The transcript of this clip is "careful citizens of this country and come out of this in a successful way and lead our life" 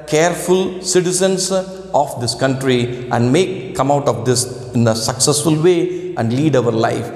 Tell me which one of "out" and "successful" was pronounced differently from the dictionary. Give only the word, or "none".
none